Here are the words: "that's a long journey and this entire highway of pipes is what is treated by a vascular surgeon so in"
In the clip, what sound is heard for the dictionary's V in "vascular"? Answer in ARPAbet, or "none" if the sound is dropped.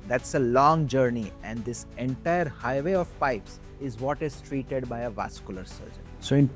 V